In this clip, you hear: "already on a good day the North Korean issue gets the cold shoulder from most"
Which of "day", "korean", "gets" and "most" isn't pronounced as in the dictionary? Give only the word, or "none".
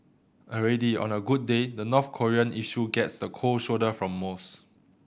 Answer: none